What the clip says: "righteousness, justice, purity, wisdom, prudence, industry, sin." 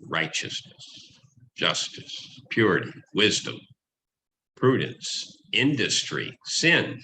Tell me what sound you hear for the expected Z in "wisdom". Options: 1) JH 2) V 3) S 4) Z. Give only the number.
4